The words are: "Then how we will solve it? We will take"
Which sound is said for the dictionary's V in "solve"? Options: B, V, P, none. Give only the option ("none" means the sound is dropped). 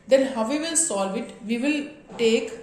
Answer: V